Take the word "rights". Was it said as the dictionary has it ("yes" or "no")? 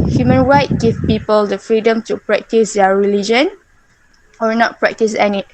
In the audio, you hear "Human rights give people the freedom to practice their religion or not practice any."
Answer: no